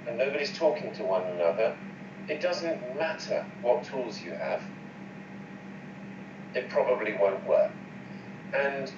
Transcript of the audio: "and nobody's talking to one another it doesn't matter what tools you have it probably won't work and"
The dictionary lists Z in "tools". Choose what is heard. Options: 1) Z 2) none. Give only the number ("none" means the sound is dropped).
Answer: 1